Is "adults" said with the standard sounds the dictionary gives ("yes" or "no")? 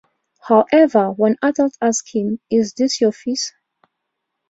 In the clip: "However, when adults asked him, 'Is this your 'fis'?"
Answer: no